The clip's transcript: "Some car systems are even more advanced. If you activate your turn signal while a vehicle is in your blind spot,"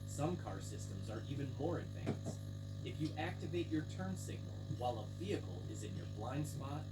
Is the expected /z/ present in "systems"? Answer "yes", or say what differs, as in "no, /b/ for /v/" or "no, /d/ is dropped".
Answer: yes